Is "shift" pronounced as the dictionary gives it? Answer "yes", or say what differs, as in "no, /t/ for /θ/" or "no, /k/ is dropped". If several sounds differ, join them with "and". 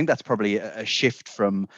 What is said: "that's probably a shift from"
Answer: yes